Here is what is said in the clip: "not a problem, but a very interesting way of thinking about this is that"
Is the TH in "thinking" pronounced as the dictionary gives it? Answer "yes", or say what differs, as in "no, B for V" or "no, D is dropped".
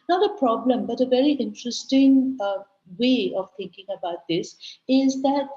no, T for TH